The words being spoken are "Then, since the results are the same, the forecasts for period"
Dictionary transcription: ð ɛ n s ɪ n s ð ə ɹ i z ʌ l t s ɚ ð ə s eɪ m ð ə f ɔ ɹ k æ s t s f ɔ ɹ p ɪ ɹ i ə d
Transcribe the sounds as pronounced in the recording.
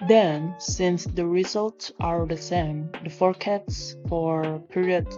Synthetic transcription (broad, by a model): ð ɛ n s ɪ n s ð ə ɹ i z ʌ l t s ɚ ð ə s eɪ m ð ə f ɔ ɹ k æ t s f ɔ ɹ p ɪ ɹ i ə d